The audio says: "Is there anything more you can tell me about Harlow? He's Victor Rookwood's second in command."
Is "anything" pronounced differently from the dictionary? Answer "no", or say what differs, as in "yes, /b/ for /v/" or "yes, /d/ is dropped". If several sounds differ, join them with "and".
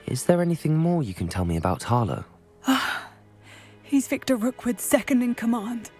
no